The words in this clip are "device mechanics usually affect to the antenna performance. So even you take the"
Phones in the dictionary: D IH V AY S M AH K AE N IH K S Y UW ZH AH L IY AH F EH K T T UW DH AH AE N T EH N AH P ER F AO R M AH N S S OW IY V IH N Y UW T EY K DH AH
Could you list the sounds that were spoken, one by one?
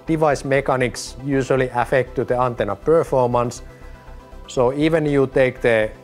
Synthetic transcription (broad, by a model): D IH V AY S M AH K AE N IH K S Y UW S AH L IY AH F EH K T T UW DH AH AE N T EH N AH P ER F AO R M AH N S S OW IY V IH N Y UW T EY K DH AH